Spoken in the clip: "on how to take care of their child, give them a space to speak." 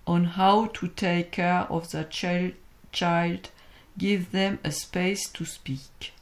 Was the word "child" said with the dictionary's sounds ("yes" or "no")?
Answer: yes